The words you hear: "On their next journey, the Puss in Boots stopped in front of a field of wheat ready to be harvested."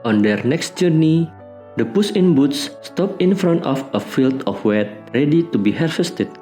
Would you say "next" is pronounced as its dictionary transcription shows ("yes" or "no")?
yes